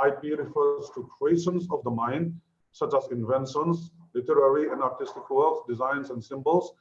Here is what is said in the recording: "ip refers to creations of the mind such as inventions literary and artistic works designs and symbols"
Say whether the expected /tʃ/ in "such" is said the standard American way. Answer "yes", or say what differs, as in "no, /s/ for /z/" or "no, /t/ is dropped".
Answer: yes